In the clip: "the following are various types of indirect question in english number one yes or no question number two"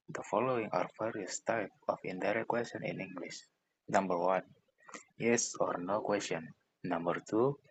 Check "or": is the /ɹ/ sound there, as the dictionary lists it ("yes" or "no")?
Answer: yes